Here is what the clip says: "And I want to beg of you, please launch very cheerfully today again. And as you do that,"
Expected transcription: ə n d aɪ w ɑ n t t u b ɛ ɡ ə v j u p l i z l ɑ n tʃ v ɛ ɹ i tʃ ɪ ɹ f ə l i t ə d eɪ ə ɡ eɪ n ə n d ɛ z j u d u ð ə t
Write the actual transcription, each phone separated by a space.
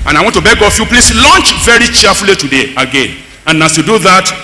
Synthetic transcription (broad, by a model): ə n aɪ w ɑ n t t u b ɛ ɡ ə f j u p l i s l ɑ n tʃ v ɛ ɹ i tʃ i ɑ f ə l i t ə d eɪ ə ɡ eɪ n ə n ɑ s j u d u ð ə t